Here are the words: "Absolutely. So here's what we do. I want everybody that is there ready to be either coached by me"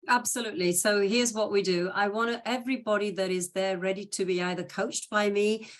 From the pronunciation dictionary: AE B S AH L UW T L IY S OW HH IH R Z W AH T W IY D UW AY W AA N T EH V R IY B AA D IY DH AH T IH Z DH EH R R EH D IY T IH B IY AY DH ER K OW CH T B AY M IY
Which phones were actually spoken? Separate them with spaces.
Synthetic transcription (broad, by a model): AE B S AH L UW T L IY S OW HH IH R Z W AH T W IY D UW AY W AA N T EH V R IY B AA D IY DH AH T IH Z DH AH R R EH D IY T IH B IY AY DH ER K OW CH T B AY M IY